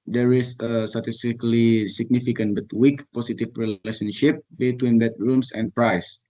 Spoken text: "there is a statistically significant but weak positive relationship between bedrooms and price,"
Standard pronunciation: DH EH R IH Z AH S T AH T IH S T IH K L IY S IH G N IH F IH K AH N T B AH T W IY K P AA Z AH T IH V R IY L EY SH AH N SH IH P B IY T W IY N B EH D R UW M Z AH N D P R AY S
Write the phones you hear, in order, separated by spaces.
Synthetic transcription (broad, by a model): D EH R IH S AH S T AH T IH S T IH K L IY S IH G N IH F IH K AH N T B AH T W IY K P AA S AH T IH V R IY L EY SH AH N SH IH P B IY T W IY N B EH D R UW M S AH N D P R AY S